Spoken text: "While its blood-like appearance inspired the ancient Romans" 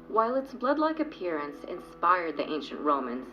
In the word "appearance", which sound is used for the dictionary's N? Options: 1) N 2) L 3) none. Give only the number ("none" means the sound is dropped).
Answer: 1